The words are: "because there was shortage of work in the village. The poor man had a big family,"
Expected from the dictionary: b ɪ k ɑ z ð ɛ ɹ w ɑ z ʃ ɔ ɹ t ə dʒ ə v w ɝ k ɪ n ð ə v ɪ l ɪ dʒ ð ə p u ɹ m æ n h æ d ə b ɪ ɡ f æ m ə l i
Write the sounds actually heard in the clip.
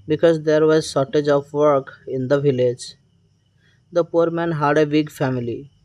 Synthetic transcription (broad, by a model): b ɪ k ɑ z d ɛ ɹ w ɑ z s ɔ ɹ t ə dʒ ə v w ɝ k ɪ n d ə v ɪ l ɪ dʒ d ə p u ɹ m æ n h æ d ə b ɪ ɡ f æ m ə l i